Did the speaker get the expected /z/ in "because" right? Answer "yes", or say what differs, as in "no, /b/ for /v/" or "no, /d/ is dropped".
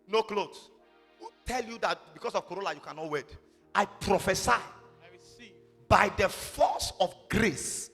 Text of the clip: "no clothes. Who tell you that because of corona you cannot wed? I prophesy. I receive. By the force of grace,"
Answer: no, /s/ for /z/